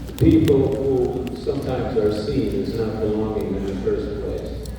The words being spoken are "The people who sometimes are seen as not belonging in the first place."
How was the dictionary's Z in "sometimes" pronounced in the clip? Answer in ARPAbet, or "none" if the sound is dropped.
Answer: Z